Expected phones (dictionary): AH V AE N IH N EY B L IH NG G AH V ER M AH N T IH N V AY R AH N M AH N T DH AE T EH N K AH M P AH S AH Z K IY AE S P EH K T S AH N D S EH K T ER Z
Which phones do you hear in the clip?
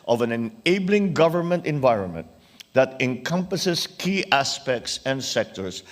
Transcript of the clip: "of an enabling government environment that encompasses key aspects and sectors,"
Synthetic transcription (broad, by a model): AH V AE N IH N EY B L IH NG G AH V ER M AH N T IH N V AY R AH N M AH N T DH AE T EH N K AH M P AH S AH S K IY AE S P EH K T S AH N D S EH K T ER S